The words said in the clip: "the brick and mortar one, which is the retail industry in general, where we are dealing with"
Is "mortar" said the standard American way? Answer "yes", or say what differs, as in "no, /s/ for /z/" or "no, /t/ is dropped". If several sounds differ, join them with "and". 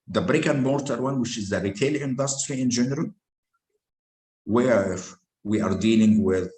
yes